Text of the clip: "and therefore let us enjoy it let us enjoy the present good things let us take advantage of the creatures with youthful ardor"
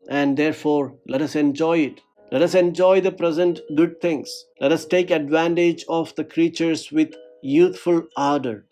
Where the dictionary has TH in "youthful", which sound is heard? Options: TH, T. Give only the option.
T